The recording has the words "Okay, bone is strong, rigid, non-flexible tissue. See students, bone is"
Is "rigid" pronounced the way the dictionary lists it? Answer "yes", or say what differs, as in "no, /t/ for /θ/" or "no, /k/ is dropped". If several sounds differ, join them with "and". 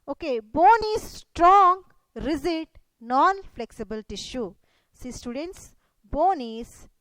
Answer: no, /z/ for /dʒ/